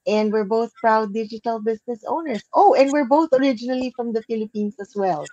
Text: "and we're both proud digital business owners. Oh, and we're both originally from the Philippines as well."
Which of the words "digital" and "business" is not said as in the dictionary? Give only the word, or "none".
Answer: business